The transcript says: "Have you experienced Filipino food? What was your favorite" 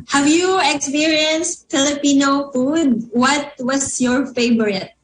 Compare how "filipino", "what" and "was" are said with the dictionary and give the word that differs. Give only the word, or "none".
was